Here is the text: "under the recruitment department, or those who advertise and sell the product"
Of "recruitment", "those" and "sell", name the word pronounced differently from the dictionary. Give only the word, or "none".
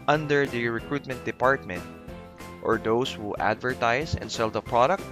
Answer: those